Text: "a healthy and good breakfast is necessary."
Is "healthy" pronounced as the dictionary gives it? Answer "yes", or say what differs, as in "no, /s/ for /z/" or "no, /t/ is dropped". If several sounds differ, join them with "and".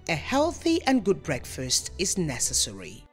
yes